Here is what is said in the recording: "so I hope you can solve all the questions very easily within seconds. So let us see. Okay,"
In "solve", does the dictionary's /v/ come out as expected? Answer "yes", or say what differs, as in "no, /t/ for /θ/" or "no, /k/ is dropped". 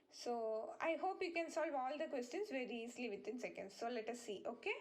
yes